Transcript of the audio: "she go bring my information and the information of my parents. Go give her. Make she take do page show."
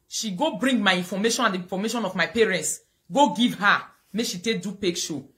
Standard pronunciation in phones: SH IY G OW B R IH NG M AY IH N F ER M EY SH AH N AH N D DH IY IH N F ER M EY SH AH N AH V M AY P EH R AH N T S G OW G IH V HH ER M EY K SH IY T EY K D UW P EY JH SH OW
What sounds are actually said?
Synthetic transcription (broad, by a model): SH IY G OW B R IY NG M AY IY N F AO M EY SH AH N AH N D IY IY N F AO M EY SH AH N AH V M AY P EH R AH N T S G OW G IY V HH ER M EY K SH IY T EY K D UW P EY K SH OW